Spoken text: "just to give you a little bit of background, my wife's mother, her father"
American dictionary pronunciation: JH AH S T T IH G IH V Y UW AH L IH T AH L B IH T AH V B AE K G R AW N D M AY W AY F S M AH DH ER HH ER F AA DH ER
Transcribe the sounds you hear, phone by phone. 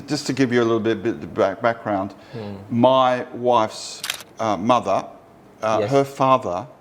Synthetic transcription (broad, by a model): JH AH S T T IH G IH V Y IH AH L IH T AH B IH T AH B B AE K G R AW N D M AY W AY F S M AH DH ER HH ER F AA DH ER